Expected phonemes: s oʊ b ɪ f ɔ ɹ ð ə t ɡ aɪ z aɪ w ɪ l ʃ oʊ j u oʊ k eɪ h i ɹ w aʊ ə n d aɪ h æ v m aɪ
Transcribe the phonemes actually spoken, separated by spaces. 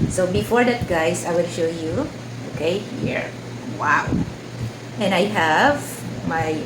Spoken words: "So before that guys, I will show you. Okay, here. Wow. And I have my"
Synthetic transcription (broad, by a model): s oʊ b ɪ f ɔ ɹ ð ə t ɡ aɪ s aɪ w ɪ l ʃ oʊ j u oʊ k eɪ h i ɹ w aʊ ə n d aɪ h æ v m aɪ